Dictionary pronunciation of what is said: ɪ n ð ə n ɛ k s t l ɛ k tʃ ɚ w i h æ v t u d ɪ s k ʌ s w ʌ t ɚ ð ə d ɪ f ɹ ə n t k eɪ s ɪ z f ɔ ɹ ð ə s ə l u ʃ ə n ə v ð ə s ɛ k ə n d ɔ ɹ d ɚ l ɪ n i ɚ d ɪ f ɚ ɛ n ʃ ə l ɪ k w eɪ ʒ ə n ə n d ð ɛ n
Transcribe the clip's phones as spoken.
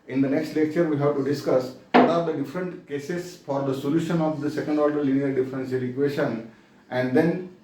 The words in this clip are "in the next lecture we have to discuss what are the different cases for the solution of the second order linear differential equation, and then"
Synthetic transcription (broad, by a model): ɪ n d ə n ɛ k s t l ɛ k tʃ ɚ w i h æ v t u d ɪ s k ʌ s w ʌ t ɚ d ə d ɪ f ɹ ə n t k eɪ s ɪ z f ɔ ɹ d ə s ə l u ʃ ə n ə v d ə s ɛ k ə n d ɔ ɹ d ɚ l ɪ n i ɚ d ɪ f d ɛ n s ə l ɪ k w eɪ ʃ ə n ə n d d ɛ n